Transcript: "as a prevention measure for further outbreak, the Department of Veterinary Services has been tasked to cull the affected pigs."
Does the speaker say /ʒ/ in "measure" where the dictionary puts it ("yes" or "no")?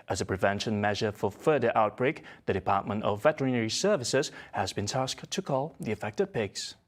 yes